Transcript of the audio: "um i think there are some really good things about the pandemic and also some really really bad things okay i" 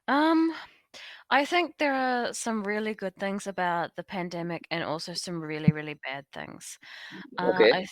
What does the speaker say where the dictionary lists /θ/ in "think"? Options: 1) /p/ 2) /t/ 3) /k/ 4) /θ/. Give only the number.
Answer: 4